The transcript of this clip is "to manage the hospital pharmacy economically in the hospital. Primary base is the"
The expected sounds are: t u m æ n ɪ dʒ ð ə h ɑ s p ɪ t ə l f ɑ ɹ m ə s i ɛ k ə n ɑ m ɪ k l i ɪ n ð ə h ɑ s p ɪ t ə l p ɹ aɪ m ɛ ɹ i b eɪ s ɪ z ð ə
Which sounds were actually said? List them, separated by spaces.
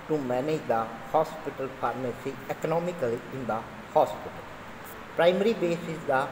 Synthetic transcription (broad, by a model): t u m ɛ n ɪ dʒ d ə h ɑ s p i t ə l p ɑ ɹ m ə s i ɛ k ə n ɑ m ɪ k l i ɪ n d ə h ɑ s p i t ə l p ɹ aɪ m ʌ ɹ i b eɪ s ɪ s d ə